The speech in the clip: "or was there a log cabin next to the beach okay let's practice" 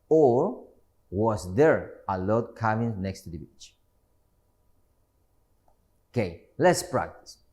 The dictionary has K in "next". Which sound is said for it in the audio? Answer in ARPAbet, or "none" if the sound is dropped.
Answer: K